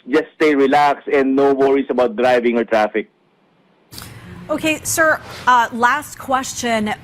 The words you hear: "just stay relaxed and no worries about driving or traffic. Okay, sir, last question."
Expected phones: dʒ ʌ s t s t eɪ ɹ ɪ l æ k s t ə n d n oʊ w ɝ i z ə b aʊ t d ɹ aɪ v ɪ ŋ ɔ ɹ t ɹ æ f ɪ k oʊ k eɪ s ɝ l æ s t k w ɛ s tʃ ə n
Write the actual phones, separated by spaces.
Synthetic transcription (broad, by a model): dʒ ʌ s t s t eɪ ɹ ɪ l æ k s ə n d n oʊ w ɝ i s ə b aʊ t d ɹ aɪ v ɪ ŋ ɔ ɹ t ɹ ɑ f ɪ k oʊ k eɪ s ɝ l æ s t k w ɛ s tʃ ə n